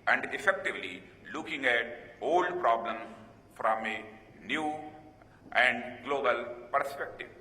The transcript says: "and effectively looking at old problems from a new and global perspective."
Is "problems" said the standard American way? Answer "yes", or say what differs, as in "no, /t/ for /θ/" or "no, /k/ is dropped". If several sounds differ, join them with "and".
no, /z/ is dropped